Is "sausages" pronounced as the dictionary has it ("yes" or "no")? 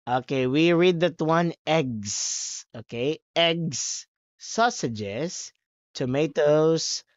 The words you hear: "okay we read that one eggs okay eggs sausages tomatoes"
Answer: no